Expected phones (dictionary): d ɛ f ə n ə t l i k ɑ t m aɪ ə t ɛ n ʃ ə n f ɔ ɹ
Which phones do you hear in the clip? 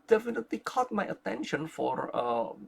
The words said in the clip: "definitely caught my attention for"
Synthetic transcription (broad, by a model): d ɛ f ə n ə t l i k ɑ t m aɪ ə t ɛ n ʃ ə n f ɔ ɹ